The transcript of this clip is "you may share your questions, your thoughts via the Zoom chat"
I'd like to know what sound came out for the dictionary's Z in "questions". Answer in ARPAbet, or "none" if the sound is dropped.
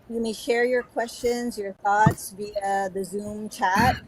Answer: Z